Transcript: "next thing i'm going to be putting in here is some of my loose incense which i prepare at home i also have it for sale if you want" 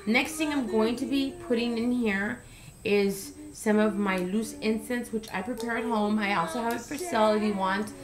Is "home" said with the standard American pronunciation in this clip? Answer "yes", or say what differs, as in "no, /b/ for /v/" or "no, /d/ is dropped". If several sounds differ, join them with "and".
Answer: yes